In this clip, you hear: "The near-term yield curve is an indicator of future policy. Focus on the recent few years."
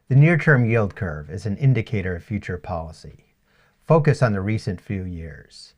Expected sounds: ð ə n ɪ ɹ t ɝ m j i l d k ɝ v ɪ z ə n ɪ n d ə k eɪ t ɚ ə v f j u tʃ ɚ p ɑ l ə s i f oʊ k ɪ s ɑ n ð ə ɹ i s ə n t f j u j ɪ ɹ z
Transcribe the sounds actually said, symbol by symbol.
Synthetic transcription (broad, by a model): ð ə n ɪ ɹ t ɝ m j i l d k ɝ v ɪ z n ɪ n d ə k eɪ t ɚ ə v f j u tʃ ɚ p ɑ l ə s i f oʊ k ɪ s n ð ə ɹ i s ə n t f j u j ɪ ɹ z